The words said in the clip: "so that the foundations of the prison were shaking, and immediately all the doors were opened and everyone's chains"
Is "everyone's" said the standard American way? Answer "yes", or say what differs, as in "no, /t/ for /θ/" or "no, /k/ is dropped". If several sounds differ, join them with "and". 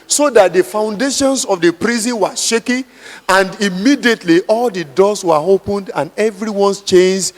no, /s/ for /z/